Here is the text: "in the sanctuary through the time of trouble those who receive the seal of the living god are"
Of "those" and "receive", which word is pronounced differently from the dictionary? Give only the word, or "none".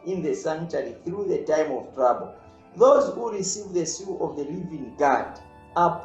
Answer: none